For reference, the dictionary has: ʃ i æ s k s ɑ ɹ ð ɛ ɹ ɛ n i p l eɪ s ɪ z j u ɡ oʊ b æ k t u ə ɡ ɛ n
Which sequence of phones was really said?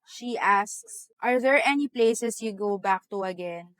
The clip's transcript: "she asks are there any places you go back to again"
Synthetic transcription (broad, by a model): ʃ i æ s k s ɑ ɹ ð ɛ ɹ ɛ n i p l eɪ s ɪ s j u ɡ oʊ b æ k t u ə ɡ ɛ n